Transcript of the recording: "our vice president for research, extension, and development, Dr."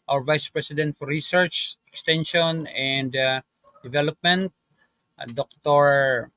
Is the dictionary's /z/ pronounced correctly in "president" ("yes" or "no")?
no